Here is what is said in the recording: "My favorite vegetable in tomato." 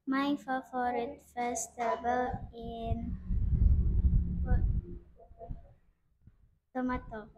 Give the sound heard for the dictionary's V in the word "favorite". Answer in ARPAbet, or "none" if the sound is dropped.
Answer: F